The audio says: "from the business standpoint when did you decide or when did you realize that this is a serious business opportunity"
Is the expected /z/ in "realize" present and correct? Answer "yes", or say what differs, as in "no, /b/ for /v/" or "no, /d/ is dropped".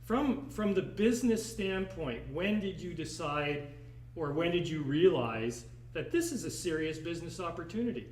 yes